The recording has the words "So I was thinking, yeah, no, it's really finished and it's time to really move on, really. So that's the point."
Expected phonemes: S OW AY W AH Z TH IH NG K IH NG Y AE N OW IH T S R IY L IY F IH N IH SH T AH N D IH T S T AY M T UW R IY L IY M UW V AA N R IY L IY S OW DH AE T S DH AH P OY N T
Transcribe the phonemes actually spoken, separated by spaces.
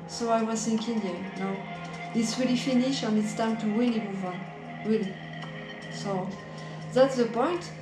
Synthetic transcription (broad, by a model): S OW AY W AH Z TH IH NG K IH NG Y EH N OW IH T S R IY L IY F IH N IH SH AH N IH T S T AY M T UW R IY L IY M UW V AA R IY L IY S OW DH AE T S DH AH P OY N T